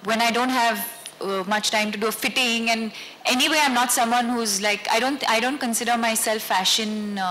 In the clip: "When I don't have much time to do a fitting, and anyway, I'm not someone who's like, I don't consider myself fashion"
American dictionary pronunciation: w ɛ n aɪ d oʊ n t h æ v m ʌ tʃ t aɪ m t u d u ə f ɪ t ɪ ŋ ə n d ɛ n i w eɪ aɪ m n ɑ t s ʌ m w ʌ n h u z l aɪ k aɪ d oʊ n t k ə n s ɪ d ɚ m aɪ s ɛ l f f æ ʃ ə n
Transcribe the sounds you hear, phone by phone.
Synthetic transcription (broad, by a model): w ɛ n aɪ d oʊ n t h æ v m ʌ tʃ t aɪ m t u d u ə f ɪ t ɪ ŋ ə n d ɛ n i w eɪ aɪ m n ɑ t s ʌ m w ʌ n h u z l aɪ k aɪ d oʊ n t k ə n s ɪ d ɚ m aɪ s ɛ l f f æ ʃ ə n